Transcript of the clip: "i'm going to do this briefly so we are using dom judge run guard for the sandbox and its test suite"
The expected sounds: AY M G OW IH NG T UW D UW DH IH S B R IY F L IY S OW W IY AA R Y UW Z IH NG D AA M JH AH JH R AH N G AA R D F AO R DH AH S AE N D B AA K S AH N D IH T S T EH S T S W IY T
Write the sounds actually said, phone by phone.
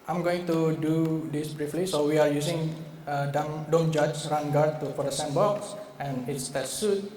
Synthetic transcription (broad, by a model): AY M G OW IH NG T UW D UW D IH S B R IY F L IY S OW W IY AA R Y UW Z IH NG D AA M JH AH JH R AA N G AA R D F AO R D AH S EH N B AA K S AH N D IH T S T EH T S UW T